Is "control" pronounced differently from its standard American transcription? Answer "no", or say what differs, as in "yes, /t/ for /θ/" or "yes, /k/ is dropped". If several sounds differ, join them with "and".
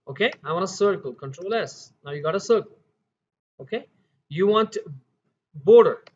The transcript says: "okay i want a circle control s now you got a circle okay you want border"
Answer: no